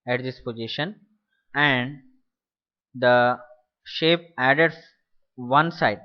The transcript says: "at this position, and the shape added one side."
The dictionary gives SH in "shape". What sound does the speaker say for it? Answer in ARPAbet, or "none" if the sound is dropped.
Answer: SH